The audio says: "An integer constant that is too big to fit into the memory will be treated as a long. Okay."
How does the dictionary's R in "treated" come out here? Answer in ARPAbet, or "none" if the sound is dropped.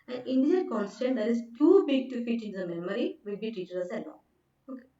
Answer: none